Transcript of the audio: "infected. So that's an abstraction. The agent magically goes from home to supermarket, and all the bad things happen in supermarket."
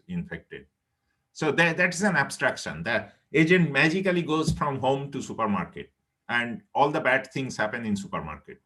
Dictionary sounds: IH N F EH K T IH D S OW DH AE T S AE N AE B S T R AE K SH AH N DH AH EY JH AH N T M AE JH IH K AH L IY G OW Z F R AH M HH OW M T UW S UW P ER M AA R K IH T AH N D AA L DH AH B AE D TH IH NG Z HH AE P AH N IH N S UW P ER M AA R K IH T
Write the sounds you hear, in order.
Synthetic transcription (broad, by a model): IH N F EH K T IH D S OW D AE T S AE N AE B S T R AE K SH AH N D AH EY JH AH N T M AE JH IH K AH L IY G OW Z F R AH M HH OW M T UW S UW P ER M AA R K IH T AH N D AA L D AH B AE D T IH NG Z HH AE P AH N IH N S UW P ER M AA R K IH T